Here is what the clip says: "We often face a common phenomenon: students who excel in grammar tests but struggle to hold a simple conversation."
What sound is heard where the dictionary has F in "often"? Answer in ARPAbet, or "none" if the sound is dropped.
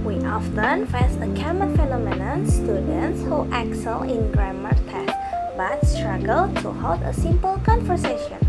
F